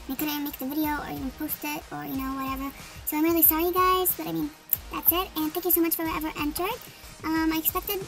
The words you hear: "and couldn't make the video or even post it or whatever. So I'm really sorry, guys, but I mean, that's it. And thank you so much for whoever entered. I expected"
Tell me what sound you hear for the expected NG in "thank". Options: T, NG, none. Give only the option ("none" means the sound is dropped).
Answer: NG